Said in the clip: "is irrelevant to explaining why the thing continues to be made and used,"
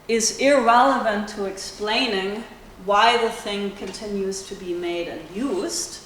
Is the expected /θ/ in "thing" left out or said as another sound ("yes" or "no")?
no